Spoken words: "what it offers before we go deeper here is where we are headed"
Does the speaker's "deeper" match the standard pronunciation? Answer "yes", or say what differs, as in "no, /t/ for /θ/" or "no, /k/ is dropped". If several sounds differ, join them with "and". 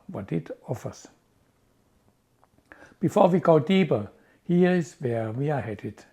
no, /b/ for /p/